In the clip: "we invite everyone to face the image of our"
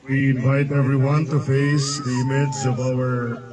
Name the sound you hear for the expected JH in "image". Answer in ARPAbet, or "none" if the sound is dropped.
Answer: Z